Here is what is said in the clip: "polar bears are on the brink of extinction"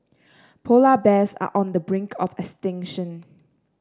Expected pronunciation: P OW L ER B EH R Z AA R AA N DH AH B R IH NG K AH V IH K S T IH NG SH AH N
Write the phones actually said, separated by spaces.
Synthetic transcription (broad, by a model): P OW L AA B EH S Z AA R AA N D AH B R IH NG K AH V IH K S T IH NG SH AH N